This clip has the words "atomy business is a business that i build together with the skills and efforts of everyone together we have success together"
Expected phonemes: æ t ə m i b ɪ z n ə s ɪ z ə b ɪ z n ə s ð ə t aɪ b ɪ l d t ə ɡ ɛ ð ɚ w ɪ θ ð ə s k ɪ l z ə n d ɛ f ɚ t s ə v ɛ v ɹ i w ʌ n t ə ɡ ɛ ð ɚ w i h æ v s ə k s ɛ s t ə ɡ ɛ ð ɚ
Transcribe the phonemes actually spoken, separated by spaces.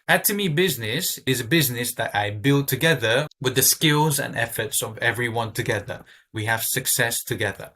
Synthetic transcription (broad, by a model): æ t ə m i b ɪ z n ə s ɪ z ə b ɪ z n ə s ð ə t aɪ b ɪ l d t ə ɡ ɛ ð ɚ w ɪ ð ə s k ɪ l z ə n ɛ f ɚ t s ə v ɛ v ɹ i w ʌ n t ə ɡ ɛ ð ɚ w i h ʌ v s ə k s ɛ s t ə ɡ ɛ ð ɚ